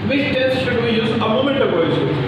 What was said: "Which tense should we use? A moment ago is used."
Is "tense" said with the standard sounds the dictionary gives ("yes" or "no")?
no